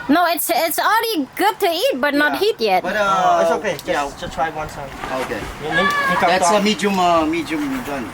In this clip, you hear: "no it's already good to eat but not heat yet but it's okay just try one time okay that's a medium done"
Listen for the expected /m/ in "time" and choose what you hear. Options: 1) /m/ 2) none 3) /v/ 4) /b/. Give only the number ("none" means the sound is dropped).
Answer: 2